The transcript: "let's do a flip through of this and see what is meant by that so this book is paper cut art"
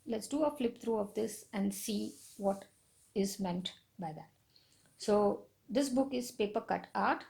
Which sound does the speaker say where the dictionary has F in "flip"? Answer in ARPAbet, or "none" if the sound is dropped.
F